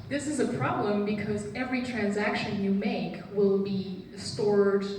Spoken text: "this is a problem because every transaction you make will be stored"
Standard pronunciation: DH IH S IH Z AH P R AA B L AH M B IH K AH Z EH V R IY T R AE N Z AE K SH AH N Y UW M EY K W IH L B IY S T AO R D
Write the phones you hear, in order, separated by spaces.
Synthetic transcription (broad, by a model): DH IH S IH Z AH P R AA B L AH M B IH K AH Z EH V R IY T R AE N Z AE K SH AH N Y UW M EY K W IH L B IY S T AO R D